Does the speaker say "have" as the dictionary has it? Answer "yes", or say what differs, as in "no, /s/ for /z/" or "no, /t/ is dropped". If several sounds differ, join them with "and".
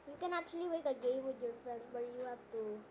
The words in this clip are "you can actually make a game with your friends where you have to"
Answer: no, /p/ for /v/